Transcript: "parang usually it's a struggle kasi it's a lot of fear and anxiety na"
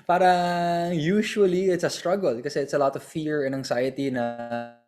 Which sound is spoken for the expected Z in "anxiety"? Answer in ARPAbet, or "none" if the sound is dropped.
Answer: S